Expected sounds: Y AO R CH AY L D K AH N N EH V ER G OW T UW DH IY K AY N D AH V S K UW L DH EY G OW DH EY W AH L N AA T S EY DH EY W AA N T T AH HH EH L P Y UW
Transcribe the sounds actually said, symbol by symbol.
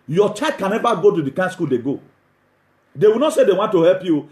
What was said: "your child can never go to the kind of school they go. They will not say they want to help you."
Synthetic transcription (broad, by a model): Y AO CH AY D K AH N N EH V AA G OW T UW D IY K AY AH S K UW L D EY G OW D EY W AH L N AA T S EY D EY W AA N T T AH HH EH L P Y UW